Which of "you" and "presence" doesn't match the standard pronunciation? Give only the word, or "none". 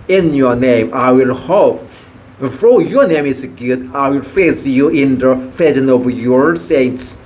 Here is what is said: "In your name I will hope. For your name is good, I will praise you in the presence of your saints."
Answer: presence